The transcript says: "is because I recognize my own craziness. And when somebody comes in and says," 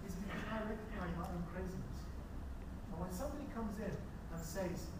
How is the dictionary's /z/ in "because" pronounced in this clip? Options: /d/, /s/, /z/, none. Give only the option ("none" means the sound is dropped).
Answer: none